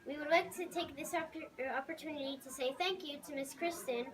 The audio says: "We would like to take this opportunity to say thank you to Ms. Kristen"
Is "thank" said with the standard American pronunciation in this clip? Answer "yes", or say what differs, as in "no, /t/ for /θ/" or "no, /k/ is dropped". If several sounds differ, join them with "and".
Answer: yes